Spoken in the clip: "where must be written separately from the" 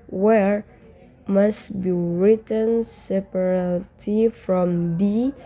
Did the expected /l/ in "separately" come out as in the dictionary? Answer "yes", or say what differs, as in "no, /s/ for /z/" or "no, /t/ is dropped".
no, /l/ is dropped